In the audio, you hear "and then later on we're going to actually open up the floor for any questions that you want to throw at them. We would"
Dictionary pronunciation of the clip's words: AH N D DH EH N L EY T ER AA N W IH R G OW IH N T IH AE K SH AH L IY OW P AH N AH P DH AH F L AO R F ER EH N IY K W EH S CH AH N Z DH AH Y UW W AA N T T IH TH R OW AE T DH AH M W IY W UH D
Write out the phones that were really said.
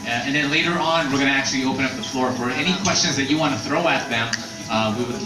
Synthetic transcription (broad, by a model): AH N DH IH N L EY T ER AA N W IH R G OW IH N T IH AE K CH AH L IY OW P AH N AH P DH AH F L AO R F ER EH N IY K W EH S CH AH N Z DH AH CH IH W AA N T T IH TH R OW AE T DH AH M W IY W